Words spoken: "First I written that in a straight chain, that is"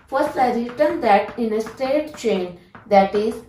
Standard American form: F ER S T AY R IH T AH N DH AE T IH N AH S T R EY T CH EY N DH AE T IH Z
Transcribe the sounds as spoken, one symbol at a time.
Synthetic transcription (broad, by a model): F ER S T AY R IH T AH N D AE T IH N AH S T EY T CH EY N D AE T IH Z